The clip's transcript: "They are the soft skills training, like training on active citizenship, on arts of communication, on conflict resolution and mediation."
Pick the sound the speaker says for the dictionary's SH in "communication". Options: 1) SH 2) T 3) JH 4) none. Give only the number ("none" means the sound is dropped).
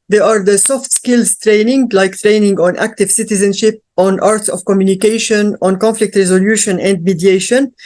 1